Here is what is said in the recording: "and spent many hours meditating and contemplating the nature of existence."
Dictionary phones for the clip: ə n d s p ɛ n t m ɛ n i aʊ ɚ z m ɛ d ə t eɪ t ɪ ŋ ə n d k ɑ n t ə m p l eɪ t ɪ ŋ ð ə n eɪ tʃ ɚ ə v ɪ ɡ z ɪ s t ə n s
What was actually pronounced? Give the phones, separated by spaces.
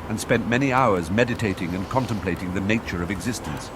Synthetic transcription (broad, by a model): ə n s p ɛ n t m ɛ n i aʊ ɚ z m ɛ d ə t eɪ t ɪ ŋ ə n k ɑ n t ə m p l eɪ t ɪ ŋ ð ə n eɪ tʃ ɚ ə v ɪ ɡ z ɪ s t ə n s